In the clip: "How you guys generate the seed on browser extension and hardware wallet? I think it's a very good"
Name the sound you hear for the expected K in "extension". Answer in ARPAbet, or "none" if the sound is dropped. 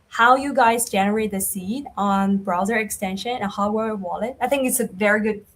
K